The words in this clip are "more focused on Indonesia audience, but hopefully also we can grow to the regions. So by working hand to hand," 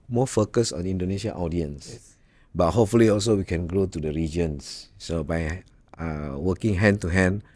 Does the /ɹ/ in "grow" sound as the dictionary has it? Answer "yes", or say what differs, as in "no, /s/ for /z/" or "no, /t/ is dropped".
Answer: yes